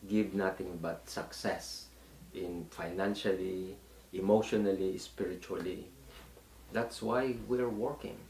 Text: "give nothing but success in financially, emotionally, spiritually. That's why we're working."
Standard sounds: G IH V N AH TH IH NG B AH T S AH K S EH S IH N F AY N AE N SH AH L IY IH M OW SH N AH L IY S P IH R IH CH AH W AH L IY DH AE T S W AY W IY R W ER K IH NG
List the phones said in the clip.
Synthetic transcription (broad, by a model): G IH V N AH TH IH NG B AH T S AH K S EH S IH N F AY N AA N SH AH L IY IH M OW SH N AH L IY S P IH R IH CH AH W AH L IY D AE T S W AY W IY R W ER K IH NG